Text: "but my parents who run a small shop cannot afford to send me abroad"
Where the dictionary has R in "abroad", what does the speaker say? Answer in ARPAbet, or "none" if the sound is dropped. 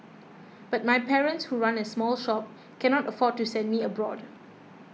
R